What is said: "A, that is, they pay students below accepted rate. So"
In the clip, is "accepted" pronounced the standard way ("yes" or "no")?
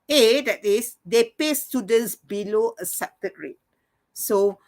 no